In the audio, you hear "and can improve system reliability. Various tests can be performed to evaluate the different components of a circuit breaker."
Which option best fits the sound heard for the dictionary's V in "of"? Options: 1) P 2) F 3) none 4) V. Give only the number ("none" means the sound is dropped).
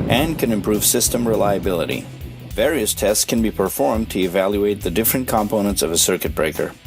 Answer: 4